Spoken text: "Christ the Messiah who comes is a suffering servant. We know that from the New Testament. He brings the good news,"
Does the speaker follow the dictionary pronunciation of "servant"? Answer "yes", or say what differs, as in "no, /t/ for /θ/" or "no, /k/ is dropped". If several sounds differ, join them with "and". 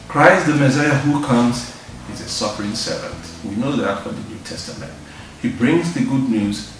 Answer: yes